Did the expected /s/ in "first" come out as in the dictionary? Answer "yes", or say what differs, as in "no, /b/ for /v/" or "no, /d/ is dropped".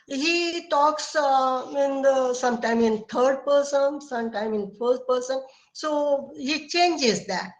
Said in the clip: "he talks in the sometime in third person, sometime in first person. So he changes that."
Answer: no, /s/ is dropped